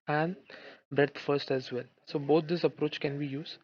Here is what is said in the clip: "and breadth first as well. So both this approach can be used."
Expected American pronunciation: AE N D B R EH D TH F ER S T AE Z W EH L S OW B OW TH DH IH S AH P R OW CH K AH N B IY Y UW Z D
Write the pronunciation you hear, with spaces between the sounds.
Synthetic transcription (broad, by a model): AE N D B R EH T F ER S T AE Z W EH L S OW B OW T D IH S AH P R OW CH K AH N B IY Y UW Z